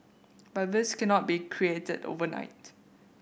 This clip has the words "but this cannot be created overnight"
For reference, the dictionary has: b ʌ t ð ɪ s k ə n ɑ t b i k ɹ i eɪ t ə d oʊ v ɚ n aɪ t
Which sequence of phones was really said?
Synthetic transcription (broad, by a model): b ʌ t ð ɪ s k ə n ɑ t b i k ɹ i eɪ t ə d oʊ v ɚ n aɪ t